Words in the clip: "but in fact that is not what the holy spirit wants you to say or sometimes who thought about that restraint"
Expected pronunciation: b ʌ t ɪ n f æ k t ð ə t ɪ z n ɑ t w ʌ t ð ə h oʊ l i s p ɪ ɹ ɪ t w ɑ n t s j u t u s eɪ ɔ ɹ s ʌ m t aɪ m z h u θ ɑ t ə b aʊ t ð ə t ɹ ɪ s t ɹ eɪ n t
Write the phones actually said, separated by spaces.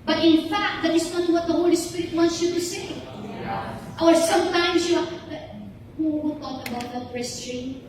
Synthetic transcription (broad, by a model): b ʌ t ɪ n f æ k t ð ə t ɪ s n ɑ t w ʌ t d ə h oʊ l i s p ɪ ɹ ɪ t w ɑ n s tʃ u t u s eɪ ɔ ɹ s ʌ m t aɪ m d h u t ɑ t ə b aʊ t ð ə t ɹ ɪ s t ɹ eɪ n